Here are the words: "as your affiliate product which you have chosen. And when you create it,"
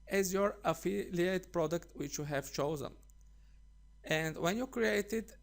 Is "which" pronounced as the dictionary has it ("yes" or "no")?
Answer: yes